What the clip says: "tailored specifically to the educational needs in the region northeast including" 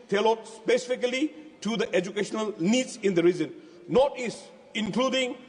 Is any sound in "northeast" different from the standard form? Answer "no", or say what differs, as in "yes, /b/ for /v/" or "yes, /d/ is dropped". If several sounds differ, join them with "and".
yes, /t/ is dropped